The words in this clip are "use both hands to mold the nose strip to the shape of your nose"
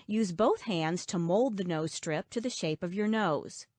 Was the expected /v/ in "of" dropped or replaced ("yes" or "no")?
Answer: no